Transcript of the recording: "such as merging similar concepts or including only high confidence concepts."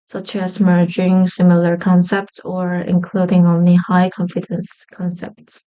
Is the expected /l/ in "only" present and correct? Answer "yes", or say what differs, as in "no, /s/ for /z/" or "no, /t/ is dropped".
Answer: yes